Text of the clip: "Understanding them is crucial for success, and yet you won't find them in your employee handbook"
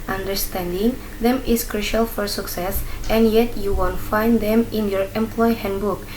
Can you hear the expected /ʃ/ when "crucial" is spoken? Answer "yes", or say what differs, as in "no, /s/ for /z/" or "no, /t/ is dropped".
yes